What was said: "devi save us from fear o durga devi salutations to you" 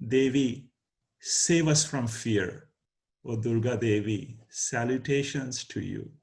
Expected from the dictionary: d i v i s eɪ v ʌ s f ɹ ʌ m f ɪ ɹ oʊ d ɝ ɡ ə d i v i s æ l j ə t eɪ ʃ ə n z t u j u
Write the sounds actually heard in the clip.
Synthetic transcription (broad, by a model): d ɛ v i s eɪ v ʌ s f ɹ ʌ m f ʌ ɹ oʊ d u ɡ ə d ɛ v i s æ l j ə t eɪ ʃ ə n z t u j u